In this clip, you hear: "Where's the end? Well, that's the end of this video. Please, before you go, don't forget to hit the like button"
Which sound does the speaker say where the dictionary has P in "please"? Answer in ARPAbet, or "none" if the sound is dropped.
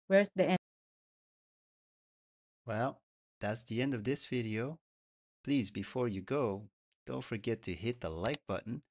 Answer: P